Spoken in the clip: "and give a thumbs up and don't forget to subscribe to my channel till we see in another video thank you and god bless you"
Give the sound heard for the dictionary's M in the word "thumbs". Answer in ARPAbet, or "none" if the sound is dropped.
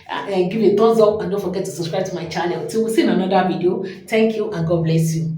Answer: none